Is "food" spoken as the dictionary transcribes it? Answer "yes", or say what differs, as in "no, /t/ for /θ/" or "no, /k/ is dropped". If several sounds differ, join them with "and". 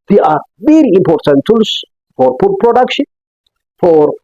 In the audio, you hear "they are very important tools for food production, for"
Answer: no, /p/ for /f/